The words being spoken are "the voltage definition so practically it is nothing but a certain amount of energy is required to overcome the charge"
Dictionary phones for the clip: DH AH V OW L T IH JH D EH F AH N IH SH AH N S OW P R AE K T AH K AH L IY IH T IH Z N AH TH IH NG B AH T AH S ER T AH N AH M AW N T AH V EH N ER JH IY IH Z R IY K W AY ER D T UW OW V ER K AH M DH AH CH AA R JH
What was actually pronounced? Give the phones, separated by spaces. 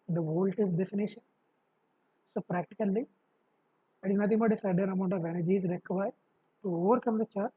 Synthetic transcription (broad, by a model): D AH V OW L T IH Z D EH F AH N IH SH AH N S OW P R AE K T AH K AH L IY IH T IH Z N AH T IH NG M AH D AH S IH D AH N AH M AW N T AH V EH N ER JH IY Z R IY K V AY T UW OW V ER K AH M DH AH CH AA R